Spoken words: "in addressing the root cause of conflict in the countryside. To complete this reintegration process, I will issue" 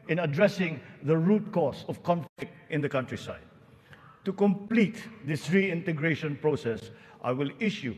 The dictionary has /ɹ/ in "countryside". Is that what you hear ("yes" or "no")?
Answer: yes